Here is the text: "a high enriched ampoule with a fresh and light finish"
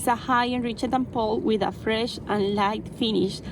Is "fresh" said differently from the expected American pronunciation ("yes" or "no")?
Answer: no